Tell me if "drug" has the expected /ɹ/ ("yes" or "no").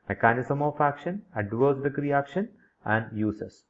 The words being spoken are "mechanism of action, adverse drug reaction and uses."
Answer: no